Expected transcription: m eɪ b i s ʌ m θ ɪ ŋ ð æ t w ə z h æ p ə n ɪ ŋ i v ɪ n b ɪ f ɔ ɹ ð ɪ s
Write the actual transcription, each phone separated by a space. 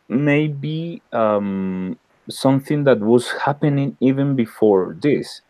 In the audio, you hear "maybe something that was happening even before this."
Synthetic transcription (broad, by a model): m eɪ b i s ʌ m θ ɪ ŋ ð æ t w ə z h æ p ə n ɪ ŋ i v ɪ n b ɪ f ɔ ɹ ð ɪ s